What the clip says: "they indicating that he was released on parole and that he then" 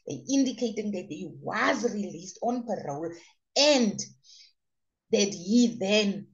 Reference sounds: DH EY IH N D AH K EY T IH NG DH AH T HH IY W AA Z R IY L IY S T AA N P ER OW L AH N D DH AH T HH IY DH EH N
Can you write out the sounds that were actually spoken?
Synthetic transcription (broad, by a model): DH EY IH N D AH K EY T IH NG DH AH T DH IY W AA Z R IY L IY S T AA N P ER OW L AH N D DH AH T HH IY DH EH N